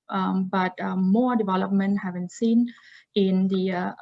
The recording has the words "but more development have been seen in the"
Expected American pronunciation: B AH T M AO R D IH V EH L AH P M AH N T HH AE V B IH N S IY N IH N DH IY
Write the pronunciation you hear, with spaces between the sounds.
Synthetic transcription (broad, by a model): B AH T M AO R D IH V EH L AH P M AH N T HH AE V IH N S IY N IH N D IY